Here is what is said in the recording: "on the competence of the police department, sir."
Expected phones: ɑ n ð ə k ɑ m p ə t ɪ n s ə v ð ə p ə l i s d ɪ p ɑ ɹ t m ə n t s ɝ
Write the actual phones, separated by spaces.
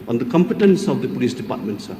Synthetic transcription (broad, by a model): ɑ n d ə k ɑ m p ə t ɪ n s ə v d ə p ə l i s d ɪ p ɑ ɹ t m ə n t s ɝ